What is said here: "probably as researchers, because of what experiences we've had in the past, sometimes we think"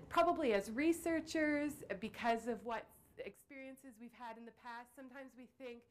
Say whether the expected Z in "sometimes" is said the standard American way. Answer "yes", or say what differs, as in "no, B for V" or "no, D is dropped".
yes